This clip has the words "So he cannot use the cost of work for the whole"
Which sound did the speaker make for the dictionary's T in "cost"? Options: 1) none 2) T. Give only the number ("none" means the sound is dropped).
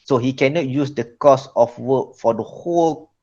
1